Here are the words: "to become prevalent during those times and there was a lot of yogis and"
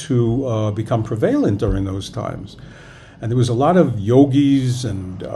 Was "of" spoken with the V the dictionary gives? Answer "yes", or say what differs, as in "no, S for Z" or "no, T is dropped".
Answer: yes